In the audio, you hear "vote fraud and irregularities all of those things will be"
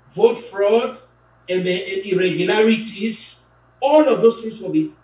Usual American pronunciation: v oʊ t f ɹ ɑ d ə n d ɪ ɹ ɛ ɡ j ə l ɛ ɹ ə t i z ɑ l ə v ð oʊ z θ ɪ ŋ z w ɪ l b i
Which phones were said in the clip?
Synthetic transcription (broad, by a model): v oʊ t f ɹ ɑ d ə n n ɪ ɹ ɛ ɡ j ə l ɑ ɹ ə t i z ɑ l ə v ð oʊ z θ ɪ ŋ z w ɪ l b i